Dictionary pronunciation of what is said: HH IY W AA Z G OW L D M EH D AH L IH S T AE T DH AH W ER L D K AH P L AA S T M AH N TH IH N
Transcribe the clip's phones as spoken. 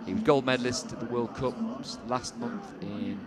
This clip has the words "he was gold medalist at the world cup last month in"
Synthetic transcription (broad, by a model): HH W AA Z G OW L D M EH D L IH S T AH DH AH W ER L D K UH P L AA S T M AH N TH IH N